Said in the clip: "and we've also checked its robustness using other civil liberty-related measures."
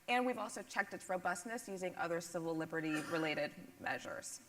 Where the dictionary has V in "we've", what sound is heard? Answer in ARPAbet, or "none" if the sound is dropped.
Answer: V